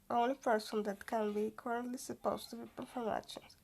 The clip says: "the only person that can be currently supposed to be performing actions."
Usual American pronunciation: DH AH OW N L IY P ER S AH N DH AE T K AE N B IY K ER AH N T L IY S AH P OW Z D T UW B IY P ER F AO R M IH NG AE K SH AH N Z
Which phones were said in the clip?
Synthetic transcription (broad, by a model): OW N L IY P ER S AH N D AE T K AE N B IY K ER AH N T L IY S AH P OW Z T UW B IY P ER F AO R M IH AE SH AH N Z